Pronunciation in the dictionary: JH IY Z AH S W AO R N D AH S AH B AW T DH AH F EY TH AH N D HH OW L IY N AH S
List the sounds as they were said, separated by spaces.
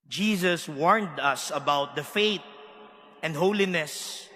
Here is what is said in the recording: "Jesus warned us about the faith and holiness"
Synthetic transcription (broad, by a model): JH IY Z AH S W AO R N D AH S AH B AW T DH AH F EY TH AH N D HH OW L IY N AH S